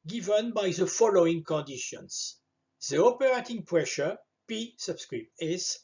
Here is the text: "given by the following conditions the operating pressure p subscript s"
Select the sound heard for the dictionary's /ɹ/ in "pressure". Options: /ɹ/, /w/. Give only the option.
/ɹ/